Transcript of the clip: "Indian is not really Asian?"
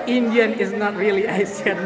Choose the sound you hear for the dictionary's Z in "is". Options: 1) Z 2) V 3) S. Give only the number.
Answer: 1